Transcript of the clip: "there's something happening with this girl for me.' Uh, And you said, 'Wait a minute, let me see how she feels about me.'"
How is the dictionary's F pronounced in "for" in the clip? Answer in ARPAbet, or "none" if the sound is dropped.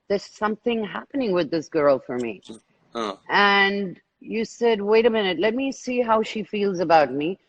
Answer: F